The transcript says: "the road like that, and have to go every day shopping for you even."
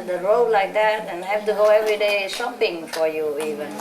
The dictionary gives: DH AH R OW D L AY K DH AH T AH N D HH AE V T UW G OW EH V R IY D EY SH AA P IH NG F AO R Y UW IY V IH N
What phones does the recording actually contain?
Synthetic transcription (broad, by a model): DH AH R OW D L AY K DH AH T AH N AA HH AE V T UW G OW EH V R IY D EY S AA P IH NG F AO R Y UW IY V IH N